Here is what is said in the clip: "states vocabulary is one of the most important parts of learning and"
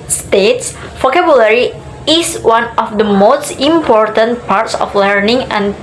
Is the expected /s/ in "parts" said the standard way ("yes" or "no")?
yes